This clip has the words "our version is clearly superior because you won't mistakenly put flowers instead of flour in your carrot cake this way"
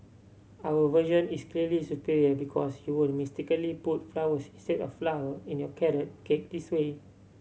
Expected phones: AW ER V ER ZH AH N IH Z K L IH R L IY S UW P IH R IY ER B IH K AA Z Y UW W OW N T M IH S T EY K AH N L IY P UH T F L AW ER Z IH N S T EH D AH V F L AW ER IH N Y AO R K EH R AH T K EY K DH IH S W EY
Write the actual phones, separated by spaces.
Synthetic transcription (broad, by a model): AW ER V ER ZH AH N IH S K L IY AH L IY S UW P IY R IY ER B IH K AA S Y UW W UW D M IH S T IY K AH L IY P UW T F L AW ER S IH N S T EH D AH F F L AW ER IH N Y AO K EH R AH T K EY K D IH S W EY